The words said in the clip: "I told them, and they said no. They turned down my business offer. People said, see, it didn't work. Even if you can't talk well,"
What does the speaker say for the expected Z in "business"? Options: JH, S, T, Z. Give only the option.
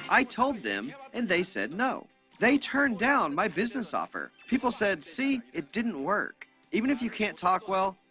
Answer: Z